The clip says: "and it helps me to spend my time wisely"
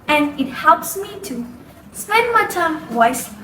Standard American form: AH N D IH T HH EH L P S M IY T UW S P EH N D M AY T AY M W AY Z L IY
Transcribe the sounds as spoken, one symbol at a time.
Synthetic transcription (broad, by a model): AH N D IH T HH EH L P S M IY T UW S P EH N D M AY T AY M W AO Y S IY